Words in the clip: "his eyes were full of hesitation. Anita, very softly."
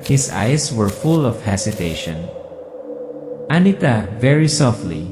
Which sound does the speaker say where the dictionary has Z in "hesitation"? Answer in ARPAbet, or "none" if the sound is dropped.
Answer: S